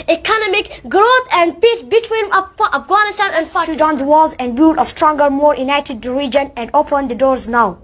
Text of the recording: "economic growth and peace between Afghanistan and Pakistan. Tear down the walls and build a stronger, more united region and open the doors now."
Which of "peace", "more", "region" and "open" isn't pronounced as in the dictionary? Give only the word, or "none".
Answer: none